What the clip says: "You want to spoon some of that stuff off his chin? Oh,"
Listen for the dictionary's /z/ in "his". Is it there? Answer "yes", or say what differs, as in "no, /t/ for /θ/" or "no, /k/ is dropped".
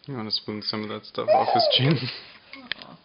no, /s/ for /z/